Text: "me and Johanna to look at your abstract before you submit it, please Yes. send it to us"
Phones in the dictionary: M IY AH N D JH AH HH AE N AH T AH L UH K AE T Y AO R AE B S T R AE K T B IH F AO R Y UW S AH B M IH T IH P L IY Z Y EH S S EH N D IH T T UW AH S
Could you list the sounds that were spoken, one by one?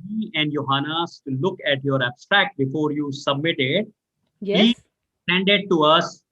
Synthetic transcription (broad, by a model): IY AH N D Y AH HH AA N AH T L UH K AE T Y AO R AE B S T R AE K T B IH F AO R Y UW S AH B M IH T IH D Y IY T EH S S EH N D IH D T UW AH S